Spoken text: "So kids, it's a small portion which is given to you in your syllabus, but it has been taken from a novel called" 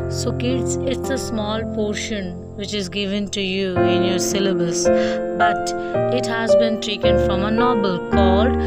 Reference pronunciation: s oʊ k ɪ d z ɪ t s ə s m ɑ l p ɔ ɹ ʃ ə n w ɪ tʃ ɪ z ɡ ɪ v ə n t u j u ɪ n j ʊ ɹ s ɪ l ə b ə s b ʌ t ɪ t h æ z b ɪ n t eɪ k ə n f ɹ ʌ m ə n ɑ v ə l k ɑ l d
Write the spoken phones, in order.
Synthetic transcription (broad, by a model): s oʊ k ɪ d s ɪ t s ə s m ɑ l p ɔ ɹ ʃ ə n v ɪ tʃ ɪ z ɡ ɪ v ə n t u j u ɪ n j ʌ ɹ s ɪ l ə b ə s b ʌ t ɪ t h æ z b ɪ n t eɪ k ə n f ɹ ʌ m ə n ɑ b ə l k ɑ l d